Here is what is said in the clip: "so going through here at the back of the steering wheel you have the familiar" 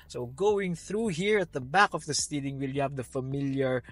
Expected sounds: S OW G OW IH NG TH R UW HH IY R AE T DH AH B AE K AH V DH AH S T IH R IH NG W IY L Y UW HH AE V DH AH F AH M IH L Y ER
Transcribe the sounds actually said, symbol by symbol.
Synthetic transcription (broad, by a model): S OW G OW IH NG TH R UW HH IY R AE T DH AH B AE K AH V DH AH S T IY L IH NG W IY L Y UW HH AE V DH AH F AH M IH L Y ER